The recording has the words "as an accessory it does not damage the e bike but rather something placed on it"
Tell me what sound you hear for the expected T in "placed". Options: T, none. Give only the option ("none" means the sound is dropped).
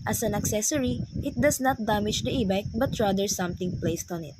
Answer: T